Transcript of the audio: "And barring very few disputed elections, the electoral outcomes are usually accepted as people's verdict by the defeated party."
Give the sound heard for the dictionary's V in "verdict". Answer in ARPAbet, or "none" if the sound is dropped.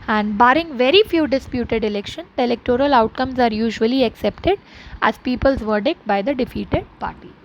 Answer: V